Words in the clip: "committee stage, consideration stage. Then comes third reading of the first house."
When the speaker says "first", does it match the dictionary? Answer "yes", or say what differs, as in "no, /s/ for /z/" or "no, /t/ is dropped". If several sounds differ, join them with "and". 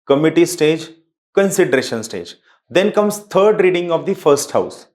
yes